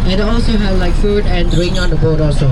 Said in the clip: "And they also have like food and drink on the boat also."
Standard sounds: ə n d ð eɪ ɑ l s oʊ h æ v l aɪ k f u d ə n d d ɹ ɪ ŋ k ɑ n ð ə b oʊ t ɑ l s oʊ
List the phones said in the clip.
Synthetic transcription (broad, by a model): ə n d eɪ ɑ l s oʊ h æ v l aɪ k f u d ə n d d ɹ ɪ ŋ ɑ n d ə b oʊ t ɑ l s oʊ